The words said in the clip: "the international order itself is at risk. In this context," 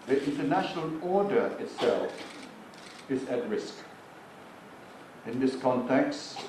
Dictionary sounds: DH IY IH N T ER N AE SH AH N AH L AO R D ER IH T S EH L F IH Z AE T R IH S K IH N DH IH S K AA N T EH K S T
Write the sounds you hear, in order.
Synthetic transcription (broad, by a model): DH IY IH N T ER N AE SH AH N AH L AO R D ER IH T S EH L F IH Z AE T R IH S K IH N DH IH S K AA N T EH K S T